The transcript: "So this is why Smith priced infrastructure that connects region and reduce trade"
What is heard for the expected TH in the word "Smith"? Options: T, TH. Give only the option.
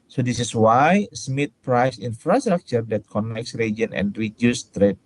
T